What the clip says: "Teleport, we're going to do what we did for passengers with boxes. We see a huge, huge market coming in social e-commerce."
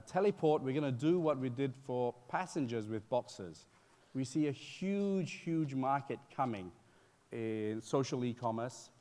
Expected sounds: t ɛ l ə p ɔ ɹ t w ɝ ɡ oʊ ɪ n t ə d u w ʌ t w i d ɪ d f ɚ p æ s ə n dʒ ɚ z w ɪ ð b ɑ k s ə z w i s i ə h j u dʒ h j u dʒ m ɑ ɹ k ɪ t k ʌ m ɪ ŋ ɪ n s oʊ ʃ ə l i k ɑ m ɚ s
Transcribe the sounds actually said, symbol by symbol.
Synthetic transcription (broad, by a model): t ɛ l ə p ɔ ɹ t w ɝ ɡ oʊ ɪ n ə d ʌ w ʌ t w i d ɪ d f ɚ p æ s ə n dʒ ɚ z w ɪ ð b ɑ k s ə z w i s i ə h j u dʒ h j u dʒ m ɑ ɹ k ɪ t k ʌ m ɪ ŋ ɪ n s oʊ ʃ ə l i k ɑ m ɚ s